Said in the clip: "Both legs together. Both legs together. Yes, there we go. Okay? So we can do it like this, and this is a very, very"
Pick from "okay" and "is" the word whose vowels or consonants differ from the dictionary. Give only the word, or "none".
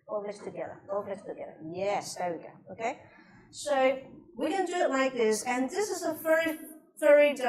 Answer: none